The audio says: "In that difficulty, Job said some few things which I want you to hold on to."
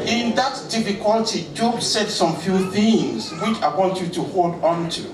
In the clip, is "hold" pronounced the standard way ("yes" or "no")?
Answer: yes